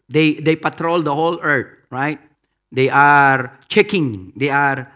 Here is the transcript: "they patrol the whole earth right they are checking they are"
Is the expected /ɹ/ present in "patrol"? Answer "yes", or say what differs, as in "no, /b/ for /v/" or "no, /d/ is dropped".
yes